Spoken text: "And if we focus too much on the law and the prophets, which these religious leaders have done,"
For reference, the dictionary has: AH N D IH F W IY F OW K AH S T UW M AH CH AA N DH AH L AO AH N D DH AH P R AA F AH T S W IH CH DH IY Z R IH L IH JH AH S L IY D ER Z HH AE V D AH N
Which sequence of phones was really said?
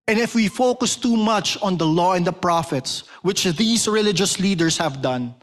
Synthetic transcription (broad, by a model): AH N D IH F W IY F OW K AH S T UW M AH CH AA N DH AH L AO AH N D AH P R AA F AH T S W IH CH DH IY S R IH L IH JH AH S L IY D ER S HH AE V D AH N